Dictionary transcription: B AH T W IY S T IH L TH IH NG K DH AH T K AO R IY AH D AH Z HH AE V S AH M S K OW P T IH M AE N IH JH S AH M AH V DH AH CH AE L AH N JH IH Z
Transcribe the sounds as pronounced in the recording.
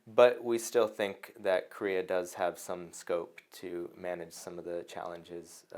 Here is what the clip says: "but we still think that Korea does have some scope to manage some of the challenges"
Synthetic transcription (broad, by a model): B AH T W IY S T IH L TH IH NG K DH AH T K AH R IY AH D AH Z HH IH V S AH M S K OW P T IH M AE N IH JH S AH M AH V DH AH CH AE L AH N JH IH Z